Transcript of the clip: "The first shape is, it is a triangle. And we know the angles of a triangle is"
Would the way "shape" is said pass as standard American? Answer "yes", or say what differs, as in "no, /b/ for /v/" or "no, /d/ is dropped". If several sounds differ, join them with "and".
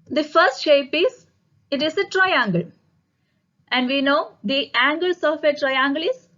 yes